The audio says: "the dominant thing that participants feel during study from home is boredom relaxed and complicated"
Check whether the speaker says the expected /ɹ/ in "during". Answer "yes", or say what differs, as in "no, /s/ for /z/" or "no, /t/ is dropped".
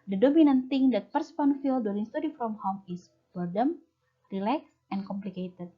no, /l/ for /ɹ/